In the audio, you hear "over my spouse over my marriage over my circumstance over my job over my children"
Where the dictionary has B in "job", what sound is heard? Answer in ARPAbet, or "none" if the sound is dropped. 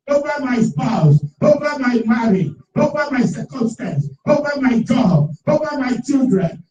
none